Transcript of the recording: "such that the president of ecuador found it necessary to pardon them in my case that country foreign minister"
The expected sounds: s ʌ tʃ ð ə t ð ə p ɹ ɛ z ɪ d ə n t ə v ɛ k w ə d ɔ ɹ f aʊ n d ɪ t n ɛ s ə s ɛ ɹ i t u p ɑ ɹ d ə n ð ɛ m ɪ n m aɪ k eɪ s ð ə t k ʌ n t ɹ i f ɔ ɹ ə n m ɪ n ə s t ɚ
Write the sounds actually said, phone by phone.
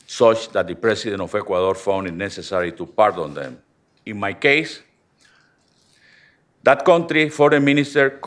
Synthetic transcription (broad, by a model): s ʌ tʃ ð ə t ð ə p ɹ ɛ s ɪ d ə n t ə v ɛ k w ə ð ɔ ɹ f aʊ n d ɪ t n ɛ s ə s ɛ ɹ i t u p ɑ ɹ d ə n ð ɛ m ɪ n m aɪ k eɪ s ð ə t k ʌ n t ɹ i f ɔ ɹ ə m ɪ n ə s t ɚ